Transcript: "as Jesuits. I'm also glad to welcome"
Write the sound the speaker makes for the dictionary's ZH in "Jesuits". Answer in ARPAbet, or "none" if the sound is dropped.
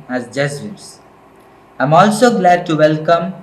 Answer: Z